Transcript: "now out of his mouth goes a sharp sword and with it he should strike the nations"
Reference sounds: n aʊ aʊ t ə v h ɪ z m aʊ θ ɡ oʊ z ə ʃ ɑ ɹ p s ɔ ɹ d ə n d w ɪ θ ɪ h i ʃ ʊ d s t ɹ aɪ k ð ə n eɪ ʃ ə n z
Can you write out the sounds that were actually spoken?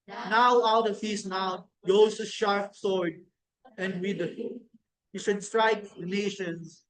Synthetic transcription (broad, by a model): n aʊ aʊ t ə v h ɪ s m aʊ t ɡ oʊ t ə ʃ ɑ ɹ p s ɔ ɹ d ə n d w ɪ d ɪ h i ʃ ʊ d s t ɹ aɪ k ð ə n eɪ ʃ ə n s